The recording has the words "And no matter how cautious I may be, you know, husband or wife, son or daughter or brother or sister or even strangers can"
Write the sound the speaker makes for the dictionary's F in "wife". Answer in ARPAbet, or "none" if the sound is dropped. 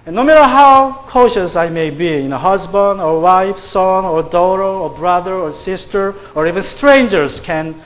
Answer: F